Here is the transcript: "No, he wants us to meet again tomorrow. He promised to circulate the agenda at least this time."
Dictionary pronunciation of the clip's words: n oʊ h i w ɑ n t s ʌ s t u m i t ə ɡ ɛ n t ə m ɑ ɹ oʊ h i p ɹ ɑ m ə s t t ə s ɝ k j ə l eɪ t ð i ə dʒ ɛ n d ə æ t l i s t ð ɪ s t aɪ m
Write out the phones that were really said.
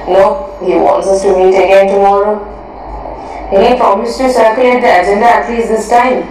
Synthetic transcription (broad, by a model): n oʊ h i w ɑ n t s ʌ s t u m i t ə ɡ ɛ n t ə m ɑ ɹ oʊ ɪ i f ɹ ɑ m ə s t t ə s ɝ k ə eɪ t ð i ə dʒ ɛ n d ə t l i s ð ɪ s t aɪ m